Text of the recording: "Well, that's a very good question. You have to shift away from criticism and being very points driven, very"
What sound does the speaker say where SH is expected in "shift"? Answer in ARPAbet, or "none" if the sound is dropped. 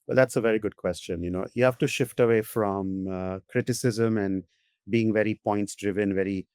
SH